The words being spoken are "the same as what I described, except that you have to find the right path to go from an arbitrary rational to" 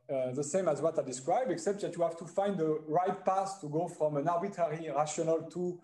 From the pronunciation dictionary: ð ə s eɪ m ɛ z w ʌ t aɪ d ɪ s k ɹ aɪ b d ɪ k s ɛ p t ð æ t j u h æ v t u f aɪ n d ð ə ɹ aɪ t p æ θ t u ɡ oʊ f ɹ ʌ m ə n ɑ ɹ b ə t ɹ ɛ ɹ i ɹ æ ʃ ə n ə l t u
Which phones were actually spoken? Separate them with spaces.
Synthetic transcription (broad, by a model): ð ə s eɪ m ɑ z w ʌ t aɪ d ɪ s k ɹ aɪ b d ɪ k s ɛ p t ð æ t j u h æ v t u f aɪ n d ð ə ɹ aɪ t p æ s t u ɡ oʊ f ɹ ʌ m ə n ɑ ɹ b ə t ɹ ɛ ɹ i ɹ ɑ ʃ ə n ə l t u